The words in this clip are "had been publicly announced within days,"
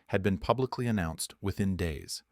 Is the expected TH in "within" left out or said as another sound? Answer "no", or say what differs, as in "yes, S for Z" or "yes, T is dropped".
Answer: no